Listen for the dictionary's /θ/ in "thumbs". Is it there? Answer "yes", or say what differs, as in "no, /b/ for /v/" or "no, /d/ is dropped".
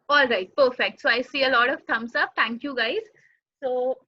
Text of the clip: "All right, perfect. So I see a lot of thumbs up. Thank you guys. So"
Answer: no, /t/ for /θ/